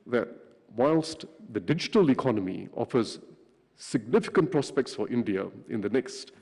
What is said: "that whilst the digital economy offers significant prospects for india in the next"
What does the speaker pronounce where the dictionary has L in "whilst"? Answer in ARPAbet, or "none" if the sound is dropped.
L